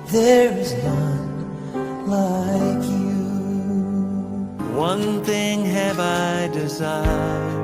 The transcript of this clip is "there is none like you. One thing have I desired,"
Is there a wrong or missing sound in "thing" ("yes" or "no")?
no